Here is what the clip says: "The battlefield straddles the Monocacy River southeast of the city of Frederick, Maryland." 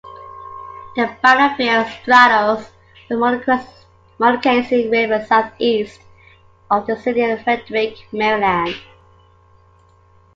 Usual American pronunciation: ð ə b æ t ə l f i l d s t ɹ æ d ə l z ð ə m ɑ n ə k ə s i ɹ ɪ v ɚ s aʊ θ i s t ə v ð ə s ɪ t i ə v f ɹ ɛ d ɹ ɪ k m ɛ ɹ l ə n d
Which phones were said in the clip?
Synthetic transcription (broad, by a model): ð ə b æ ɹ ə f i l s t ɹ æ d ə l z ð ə m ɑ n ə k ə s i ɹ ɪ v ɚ s aʊ θ i s t ə v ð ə s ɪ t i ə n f ɹ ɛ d ɹ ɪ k m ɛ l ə n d